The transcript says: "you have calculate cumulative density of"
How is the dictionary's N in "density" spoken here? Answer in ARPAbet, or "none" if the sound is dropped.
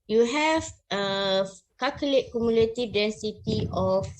N